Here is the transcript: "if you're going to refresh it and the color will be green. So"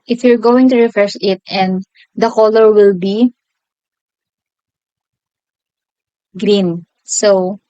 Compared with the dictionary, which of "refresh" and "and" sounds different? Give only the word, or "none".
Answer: refresh